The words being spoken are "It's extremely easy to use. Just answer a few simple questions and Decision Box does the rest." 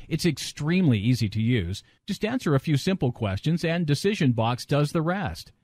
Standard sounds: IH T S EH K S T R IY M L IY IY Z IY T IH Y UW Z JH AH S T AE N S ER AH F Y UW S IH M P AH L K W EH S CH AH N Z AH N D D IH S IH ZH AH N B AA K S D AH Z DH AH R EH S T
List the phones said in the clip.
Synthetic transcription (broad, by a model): IH T S EH K S T R IY M L IY IY Z IY T IH Y UW Z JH AH S T AE N S ER AH F Y UW S IH M P L K W EH S CH AH N Z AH N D D IH S IH ZH AH N B AA K S D AH Z DH AH R EH S T